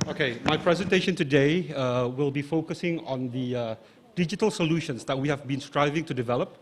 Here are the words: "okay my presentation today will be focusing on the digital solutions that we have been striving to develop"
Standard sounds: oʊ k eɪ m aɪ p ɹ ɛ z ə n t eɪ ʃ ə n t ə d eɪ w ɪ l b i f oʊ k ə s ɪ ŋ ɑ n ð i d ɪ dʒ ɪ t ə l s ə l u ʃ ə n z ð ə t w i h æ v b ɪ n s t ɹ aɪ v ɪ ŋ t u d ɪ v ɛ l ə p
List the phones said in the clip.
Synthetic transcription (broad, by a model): oʊ k eɪ m aɪ p ɹ ɛ z ə n t eɪ ʃ ə n t ə d eɪ w ɪ l b i f oʊ k ə s ɪ ŋ ɑ n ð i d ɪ dʒ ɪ t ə l s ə l u ʃ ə n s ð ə t w i h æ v b ɪ n s t ɹ aɪ v ɪ ŋ t u d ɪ v ɛ l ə p